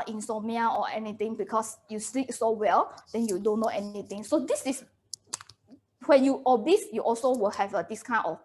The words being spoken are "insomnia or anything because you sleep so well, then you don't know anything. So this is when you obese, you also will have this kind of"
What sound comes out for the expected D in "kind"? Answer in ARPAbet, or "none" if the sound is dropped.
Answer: none